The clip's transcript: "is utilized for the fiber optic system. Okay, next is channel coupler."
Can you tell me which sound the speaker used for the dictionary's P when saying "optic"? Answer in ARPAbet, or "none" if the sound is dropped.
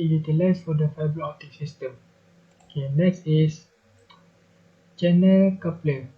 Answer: none